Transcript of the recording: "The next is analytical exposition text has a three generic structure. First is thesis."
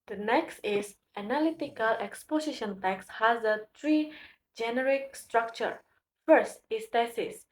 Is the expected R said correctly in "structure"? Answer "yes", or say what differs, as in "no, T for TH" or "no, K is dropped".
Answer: yes